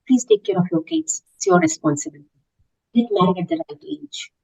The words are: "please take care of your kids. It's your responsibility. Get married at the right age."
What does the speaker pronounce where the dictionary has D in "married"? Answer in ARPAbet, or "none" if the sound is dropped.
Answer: none